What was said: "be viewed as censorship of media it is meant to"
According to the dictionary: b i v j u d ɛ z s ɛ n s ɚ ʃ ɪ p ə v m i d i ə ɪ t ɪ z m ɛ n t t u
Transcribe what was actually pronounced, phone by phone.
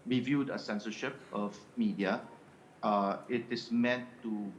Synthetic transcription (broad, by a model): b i v j u d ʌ s ɛ n s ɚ ʃ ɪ p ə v m i d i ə ɪ t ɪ s m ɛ n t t u